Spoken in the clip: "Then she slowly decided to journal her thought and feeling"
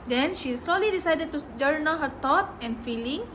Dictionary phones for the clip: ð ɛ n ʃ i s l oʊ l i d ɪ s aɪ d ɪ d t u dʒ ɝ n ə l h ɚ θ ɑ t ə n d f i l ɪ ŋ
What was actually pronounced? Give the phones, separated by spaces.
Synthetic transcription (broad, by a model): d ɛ n ʃ i s l oʊ l i d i s aɪ d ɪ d t u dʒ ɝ n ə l h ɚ t ɑ t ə n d f i l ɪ ŋ